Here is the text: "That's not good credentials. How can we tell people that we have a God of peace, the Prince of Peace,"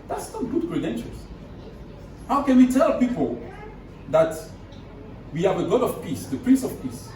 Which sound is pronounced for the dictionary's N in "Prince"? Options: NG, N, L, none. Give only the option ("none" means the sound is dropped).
N